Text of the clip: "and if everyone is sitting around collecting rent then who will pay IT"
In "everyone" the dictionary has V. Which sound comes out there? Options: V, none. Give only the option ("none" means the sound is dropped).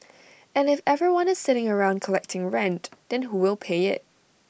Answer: V